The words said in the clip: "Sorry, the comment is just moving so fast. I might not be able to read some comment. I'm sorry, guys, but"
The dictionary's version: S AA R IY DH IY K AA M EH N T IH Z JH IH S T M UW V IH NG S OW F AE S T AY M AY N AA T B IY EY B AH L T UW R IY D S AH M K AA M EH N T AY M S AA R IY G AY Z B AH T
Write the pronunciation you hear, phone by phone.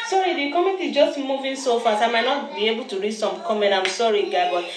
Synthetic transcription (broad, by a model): S AA R IY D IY K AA M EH T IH JH IH S T M UW V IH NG S OW F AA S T AY M AY N AA T B IY EY B AH L T UW R IY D S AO M K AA M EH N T AY M S AA R IY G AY B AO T